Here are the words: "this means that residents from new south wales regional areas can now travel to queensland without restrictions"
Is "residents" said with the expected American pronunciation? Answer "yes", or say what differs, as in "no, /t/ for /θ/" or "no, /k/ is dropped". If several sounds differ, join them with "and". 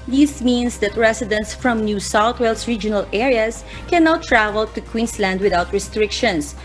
no, /s/ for /z/